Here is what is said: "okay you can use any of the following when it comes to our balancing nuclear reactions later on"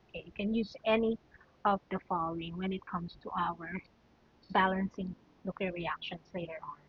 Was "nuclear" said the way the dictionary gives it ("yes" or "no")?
no